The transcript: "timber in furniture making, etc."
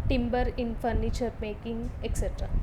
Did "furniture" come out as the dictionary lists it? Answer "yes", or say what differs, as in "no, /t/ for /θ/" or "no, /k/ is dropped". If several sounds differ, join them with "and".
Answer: yes